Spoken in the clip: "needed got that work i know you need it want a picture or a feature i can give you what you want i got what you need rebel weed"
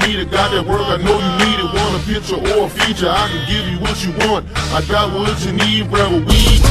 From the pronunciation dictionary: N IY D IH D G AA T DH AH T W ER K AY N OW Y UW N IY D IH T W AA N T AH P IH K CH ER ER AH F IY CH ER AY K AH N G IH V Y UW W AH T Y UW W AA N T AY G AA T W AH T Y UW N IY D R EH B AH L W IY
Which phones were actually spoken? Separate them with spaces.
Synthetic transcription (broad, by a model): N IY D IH G AA T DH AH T W ER K AY N OW Y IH N IY D IH T W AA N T AH P IH K CH ER ER AH F IY CH ER AY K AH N G IH V Y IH W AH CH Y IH W AA N T AY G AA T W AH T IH N IY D R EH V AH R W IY